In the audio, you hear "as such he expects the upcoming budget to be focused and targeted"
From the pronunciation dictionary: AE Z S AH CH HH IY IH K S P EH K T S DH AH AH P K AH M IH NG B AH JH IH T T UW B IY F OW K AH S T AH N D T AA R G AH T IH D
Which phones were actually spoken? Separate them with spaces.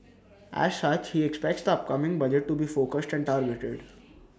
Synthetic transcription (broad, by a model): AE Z S AH CH HH IY IH K S P EH K T S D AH AH P K AH M IH NG B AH JH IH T T UW B IY F OW K AH S T AH N D T AA R G AH T IH D